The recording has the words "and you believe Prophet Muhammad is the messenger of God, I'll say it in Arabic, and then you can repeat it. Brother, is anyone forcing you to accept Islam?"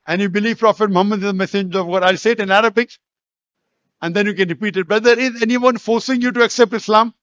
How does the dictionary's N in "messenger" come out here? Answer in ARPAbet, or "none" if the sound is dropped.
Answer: none